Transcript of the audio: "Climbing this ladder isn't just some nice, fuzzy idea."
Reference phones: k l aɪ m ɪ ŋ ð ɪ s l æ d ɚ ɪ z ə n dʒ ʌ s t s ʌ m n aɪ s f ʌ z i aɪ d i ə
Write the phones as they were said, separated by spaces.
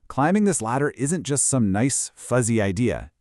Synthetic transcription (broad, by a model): k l aɪ m ɪ ŋ ð ɪ s l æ d ɚ ɪ z ə n dʒ ʌ s t s ʌ m n aɪ s f ʌ z i aɪ d i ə